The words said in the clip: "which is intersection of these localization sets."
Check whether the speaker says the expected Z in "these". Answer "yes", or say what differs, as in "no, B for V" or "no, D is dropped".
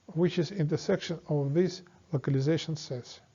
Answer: no, S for Z